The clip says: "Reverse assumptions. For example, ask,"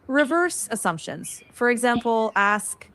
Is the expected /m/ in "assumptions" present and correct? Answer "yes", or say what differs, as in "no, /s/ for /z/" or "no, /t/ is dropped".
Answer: yes